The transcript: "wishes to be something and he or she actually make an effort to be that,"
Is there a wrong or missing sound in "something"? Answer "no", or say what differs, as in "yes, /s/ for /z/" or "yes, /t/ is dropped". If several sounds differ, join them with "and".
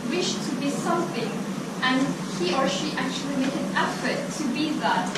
no